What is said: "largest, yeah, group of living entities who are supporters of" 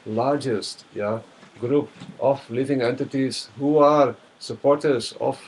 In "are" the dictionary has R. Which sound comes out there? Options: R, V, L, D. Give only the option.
R